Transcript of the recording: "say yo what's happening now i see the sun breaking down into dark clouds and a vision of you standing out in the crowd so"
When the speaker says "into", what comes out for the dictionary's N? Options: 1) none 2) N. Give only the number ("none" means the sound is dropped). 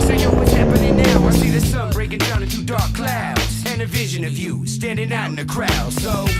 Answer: 1